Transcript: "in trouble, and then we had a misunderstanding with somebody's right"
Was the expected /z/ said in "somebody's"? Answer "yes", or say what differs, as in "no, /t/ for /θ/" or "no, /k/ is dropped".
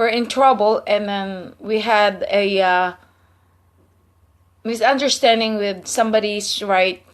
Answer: no, /s/ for /z/